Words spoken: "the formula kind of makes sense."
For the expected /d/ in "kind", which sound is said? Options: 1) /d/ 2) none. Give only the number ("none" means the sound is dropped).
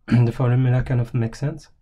2